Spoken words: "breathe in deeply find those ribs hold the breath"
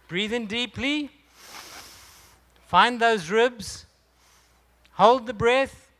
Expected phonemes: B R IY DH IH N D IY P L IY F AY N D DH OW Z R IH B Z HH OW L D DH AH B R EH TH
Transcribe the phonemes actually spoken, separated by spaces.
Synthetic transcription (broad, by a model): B R IY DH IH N D IY P L IY F AY N DH OW Z R IH B Z HH OW L D DH AH B R EH TH